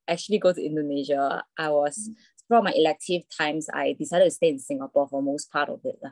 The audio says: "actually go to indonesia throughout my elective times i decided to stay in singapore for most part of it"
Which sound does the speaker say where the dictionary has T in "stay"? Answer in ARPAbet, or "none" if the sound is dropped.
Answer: T